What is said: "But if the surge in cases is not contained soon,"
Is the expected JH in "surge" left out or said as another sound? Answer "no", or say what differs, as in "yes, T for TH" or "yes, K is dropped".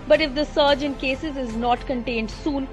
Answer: no